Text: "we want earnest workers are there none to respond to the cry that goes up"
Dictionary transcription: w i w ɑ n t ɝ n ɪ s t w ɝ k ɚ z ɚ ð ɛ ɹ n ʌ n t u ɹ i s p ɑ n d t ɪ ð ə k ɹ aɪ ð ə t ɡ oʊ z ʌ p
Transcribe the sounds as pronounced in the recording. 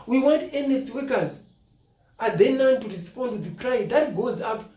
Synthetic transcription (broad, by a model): w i w ɑ n t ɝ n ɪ s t w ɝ k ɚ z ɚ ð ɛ n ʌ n t u ɹ i s p ɑ n d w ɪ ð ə k ɹ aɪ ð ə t ɡ oʊ z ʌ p